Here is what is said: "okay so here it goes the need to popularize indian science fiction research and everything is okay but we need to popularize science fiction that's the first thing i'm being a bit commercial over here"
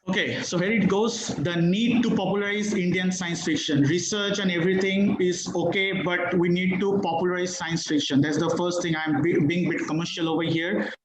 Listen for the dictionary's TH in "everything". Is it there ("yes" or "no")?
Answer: no